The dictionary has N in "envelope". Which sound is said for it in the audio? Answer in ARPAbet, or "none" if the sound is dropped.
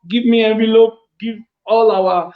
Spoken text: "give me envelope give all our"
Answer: none